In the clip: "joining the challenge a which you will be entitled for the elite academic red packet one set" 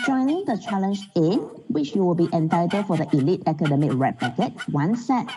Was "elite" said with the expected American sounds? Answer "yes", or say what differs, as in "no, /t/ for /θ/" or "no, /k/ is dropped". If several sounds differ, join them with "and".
yes